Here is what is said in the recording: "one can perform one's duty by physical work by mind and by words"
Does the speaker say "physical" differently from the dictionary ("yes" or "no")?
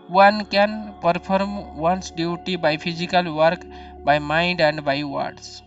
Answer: yes